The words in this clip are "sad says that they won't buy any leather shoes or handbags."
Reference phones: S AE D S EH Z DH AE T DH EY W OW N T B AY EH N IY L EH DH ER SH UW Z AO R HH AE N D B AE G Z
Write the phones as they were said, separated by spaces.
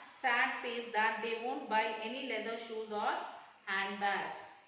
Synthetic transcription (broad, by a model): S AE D S EH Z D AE T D EY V OW N T B AY EH N IY L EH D ER SH UW Z AO R HH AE N D B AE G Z